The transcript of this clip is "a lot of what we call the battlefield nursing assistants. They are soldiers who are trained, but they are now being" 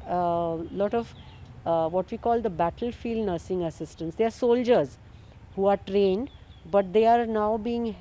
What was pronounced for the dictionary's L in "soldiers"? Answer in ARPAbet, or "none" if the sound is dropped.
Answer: L